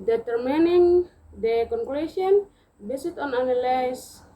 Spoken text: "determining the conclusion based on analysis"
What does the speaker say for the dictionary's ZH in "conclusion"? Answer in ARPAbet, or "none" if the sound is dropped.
S